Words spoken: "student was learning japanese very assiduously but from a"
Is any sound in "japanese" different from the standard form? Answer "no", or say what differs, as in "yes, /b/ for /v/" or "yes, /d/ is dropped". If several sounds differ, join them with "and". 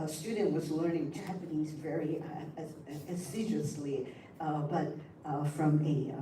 no